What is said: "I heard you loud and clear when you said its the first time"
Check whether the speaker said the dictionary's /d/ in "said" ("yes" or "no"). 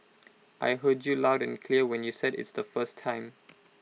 yes